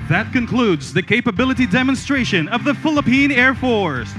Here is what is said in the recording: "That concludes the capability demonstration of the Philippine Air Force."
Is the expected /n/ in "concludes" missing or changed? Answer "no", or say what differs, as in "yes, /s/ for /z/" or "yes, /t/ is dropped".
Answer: no